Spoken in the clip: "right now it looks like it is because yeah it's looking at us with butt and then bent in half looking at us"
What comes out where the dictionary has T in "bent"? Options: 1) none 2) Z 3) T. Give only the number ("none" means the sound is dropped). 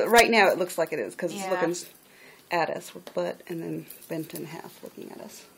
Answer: 3